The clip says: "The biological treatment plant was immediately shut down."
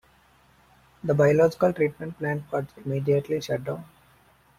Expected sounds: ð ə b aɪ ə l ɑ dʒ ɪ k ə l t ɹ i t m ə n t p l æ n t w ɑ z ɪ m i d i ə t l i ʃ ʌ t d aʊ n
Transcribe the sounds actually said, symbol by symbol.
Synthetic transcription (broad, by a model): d ə b aɪ ə l ɑ dʒ ɪ k ə l t ɹ i t m ə n t p l æ n t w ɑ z ɪ m i d i ə t l i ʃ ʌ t d aʊ n